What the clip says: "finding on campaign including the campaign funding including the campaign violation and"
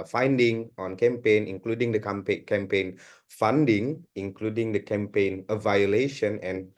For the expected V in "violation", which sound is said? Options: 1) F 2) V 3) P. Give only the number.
2